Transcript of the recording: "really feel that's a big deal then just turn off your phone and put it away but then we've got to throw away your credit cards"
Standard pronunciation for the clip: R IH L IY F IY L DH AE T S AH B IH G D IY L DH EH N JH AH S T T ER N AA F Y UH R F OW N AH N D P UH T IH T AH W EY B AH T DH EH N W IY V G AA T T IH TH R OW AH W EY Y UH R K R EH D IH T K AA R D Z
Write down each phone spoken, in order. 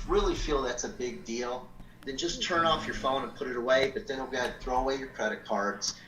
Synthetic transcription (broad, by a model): R IH L IY F IY L DH AE T S AH B IH G D IY L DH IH N JH AH S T T ER N AA F Y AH R F OW N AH N P UH T IH T AH W EY B AH T DH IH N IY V G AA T T IH TH R OW AH W EY Y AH R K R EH D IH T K AA R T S